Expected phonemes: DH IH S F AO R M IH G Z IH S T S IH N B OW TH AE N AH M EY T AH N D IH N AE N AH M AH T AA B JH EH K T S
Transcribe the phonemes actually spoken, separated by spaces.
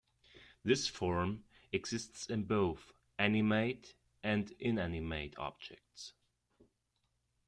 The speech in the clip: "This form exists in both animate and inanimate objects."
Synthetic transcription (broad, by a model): DH IH S F AO R M IH G Z IH S T S IH N B OW TH AE N AH M EY T AH N D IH N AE N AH M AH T AA B JH EH K T S